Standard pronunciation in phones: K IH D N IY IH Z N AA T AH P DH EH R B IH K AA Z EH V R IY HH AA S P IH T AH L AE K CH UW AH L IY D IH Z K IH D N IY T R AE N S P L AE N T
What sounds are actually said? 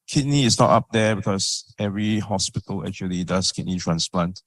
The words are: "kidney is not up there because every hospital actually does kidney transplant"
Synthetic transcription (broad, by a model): K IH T N IY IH S N AA T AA P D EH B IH K AA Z EH V R IY HH AA S P IH T AH L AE K CH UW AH L IY D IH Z K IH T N IY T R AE N S P L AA N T